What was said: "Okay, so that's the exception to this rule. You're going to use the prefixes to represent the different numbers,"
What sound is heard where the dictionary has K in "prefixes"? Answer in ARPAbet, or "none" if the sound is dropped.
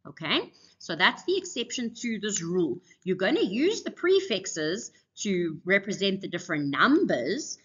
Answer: K